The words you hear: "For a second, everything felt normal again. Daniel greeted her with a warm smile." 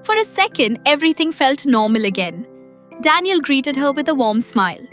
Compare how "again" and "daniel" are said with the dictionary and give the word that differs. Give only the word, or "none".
none